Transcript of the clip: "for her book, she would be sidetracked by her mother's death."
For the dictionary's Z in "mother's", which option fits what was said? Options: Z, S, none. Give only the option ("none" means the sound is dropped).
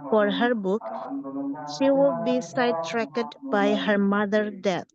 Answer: none